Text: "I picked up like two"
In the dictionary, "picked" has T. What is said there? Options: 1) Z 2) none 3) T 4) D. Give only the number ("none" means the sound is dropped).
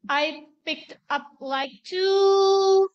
3